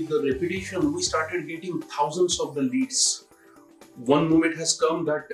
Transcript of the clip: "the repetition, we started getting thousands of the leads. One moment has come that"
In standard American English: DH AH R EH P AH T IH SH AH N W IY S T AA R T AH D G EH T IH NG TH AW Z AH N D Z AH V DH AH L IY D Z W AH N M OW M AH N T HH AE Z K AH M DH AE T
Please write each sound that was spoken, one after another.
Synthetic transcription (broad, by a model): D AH R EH P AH T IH SH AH N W IY S T AA R T AH D G EH T IH NG T AW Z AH N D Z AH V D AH L IY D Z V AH N M OW M AH N T HH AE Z K AH M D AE T